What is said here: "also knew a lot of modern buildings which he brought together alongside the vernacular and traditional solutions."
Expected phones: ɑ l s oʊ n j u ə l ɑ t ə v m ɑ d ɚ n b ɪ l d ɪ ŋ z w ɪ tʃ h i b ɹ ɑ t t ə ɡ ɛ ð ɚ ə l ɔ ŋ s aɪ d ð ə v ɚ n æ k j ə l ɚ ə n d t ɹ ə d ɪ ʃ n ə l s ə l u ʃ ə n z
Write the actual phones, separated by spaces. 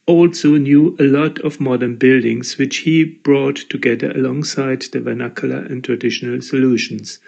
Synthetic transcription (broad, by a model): ɑ l s oʊ n j u ə l ɑ t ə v m ɑ d ɚ n b ɪ l d ɪ ŋ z w ɪ tʃ h i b ɹ ɑ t t ə ɡ ɛ ð ɚ ə l ɔ ŋ s aɪ d ð ə v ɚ n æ k j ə l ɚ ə n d t ɹ ə d ɪ ʃ n ə l s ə l u ʃ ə n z